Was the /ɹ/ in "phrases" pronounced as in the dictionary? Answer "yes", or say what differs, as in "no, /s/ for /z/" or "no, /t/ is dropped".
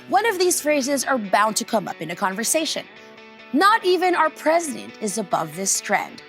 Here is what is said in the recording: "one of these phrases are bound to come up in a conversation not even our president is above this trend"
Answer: yes